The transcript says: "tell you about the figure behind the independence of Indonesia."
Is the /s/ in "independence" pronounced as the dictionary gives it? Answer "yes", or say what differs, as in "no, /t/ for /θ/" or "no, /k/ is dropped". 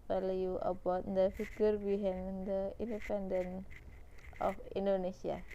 no, /s/ is dropped